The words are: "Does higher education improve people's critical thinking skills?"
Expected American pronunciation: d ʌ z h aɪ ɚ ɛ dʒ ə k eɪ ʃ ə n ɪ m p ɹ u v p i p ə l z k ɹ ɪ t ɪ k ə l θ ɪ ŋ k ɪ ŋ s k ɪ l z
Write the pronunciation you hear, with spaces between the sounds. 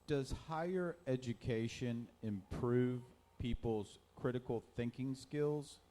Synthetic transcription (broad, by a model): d ʌ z h aɪ ɚ ɛ dʒ ə k eɪ ʃ ə n ɪ m p ɹ u v p i p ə l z k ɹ ɪ t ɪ k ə l θ ɪ ŋ k ɪ ŋ s k ɪ l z